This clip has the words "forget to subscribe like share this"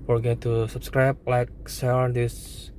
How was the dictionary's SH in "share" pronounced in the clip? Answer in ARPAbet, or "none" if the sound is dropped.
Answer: S